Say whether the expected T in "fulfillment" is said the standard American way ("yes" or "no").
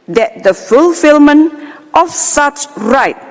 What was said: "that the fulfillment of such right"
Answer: yes